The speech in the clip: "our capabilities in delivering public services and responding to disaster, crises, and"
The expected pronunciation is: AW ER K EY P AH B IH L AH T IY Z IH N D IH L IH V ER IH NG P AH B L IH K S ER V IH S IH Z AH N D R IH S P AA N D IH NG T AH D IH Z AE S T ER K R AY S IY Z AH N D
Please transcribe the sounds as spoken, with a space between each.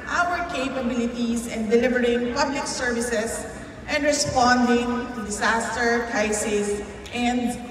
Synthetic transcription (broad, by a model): AW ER K EY P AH B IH L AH T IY S IH N D IH L IH V ER IH NG P AH B L IH K S ER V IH S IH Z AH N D R IH S P AA N D IH NG T AH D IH S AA S T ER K R AY S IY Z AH N D